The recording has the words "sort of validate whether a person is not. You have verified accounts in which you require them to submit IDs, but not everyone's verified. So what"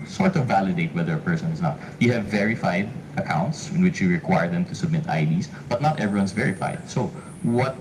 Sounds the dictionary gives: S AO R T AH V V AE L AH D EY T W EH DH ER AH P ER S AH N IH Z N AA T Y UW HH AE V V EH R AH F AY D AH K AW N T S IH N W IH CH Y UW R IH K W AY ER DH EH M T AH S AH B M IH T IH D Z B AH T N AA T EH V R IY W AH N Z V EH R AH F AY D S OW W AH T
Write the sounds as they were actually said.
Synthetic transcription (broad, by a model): S AO R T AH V V AE L AH D EY T W EH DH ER AH P ER S AH N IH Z N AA T Y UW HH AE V V EH R AH F AY D AH K AW N T S IH N W IH CH Y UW R IH K W AY ER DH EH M T AH S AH B M IH T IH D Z B AH T N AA T EH V R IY W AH N S V EH R AH F AY D S OW W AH T